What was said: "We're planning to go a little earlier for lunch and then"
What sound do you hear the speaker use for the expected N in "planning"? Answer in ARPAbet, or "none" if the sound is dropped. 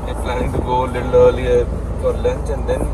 none